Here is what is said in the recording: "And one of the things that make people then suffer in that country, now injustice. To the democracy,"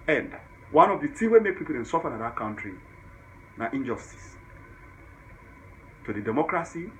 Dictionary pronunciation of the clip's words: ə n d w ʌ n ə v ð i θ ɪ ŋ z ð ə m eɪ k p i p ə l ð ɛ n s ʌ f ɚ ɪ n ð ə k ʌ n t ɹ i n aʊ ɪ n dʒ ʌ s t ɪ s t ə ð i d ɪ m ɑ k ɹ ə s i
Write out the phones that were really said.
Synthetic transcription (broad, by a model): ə n d w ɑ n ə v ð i t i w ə m eɪ k p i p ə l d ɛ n s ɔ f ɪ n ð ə k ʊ n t ɹ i n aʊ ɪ n dʒ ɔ s t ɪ s t ə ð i d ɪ m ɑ k ɹ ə s i